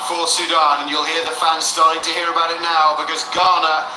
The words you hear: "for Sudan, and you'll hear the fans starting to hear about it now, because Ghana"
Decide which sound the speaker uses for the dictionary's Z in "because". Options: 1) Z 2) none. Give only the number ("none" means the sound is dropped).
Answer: 1